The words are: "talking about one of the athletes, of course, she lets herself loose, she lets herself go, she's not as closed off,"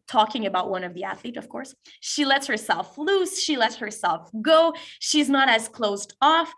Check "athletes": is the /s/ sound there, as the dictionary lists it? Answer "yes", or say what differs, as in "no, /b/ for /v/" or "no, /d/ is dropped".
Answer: no, /s/ is dropped